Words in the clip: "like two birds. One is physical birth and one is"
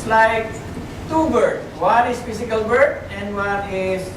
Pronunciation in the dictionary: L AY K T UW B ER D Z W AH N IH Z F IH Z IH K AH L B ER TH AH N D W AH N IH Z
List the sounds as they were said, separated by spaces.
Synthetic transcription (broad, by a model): L AY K T UW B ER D W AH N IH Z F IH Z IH K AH L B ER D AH N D W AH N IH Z